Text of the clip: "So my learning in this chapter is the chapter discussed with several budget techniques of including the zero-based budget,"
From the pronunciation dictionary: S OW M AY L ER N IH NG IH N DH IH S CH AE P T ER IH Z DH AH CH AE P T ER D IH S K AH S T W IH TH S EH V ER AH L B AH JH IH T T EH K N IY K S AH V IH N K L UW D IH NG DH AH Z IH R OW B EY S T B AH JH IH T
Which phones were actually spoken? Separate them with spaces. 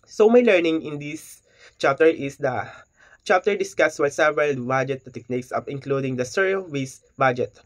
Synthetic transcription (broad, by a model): S OW M AY L ER N IH NG IH N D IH S CH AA P T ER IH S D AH CH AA P T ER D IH S K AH S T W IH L S EH V ER AH L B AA JH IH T T EH K N IY K S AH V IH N K L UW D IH NG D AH S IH R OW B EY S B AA JH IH T